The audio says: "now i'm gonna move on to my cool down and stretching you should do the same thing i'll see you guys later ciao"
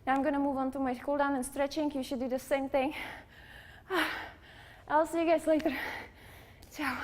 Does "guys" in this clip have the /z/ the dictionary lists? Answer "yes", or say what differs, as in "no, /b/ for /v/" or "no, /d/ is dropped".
no, /s/ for /z/